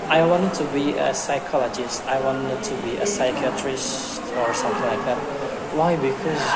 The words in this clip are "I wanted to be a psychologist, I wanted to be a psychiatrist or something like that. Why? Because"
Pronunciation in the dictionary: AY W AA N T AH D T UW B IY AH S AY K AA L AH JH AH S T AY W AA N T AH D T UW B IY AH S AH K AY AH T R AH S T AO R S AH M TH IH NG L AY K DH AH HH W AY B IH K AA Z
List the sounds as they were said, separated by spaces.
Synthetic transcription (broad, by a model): AY W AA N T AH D T UW B IY AH S AY K AA L AH JH AH S T AY W AA N T AH D T UW B IY AH S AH K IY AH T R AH S T AO R S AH M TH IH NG L AY K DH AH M W AY B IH K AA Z